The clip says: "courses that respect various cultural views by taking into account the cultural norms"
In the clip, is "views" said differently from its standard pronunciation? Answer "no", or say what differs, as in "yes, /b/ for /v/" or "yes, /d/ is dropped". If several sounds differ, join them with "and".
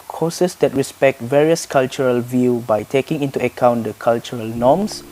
yes, /z/ is dropped